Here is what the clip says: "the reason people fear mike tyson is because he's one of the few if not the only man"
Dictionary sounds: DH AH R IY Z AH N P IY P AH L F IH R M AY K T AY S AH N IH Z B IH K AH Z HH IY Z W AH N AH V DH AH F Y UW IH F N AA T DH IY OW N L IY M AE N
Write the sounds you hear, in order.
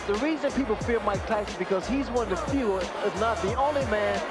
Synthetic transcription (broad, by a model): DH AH R IY Z AH N P IY P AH L F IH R M AY K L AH IH S B IH K AH Z HH IY Z W AH N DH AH F Y UW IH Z N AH T DH IY OW N L IY M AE N